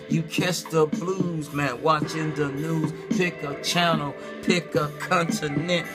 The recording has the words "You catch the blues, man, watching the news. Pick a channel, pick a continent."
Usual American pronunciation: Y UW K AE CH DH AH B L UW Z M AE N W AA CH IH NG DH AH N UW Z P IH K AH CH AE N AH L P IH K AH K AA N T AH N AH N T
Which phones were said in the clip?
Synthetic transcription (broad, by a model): Y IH K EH S DH AH B L UW Z M AE N W AA CH IH NG DH AH N UW Z P IH K AH CH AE N L P IH K AH K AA N T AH N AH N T